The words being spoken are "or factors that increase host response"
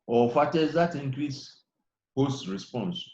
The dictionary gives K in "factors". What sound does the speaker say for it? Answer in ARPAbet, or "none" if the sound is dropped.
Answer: none